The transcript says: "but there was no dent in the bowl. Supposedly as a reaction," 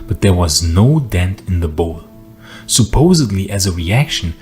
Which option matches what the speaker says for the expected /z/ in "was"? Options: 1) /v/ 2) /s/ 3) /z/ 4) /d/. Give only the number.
3